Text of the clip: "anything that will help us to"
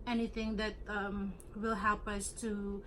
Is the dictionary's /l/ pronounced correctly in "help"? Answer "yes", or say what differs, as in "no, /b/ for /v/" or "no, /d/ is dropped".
yes